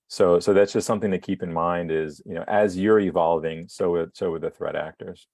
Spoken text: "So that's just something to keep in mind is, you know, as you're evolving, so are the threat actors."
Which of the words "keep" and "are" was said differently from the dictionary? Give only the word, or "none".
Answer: are